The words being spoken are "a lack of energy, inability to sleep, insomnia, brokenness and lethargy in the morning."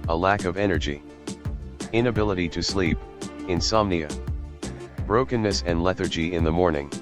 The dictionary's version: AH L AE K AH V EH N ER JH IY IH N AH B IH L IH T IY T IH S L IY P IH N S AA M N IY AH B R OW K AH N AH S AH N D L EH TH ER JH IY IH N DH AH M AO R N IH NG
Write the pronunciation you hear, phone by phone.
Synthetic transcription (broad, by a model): AH L AE K AH V EH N ER JH IY IH N AH B IH L IH T IY T IH S L IY P IH N S AA M N IY AH B R OW K AH N AH S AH N L EH TH ER JH IY IH N DH AH M AO R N IH NG